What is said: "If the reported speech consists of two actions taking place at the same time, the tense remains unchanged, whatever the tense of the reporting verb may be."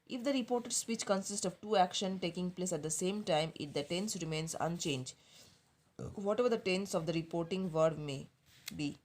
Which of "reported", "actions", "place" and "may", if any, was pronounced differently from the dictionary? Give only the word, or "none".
actions